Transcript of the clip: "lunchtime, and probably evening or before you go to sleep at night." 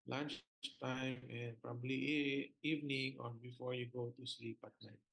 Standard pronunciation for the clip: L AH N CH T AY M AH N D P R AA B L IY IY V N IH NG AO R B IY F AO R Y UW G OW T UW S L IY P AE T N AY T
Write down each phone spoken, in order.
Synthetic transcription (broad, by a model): L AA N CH T AY M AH N P R AA B L IY IY V N IH NG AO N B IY F AO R Y UW G OW T UW S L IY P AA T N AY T